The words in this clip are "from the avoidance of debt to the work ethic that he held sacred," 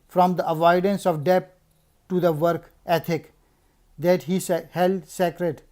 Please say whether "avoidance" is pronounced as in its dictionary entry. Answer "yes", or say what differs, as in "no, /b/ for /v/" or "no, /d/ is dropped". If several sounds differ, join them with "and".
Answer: yes